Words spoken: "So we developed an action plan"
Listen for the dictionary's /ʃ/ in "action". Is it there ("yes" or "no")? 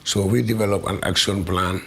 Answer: no